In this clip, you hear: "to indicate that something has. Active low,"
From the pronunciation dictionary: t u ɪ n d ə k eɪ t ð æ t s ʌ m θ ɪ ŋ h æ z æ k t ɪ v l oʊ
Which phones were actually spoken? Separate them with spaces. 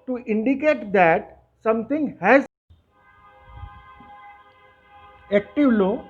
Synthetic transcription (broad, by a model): t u ɪ n d ə k eɪ t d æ t s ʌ m t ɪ ŋ h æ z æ k t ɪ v l oʊ